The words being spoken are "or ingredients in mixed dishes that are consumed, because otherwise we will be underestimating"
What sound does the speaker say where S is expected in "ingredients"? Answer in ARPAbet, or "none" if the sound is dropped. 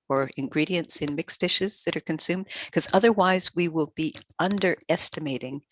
S